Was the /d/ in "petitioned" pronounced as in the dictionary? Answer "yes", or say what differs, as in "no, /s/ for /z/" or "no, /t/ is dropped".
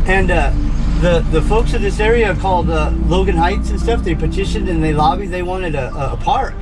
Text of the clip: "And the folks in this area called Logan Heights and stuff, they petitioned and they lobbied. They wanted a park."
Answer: no, /d/ is dropped